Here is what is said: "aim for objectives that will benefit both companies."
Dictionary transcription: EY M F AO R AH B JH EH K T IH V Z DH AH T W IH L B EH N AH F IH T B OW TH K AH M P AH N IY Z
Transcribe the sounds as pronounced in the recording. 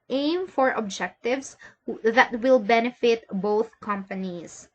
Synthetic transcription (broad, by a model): EY M F AO R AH B JH EH K T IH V S DH AH T W IH L B EH N AH F IH T B OW TH K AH M P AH N IY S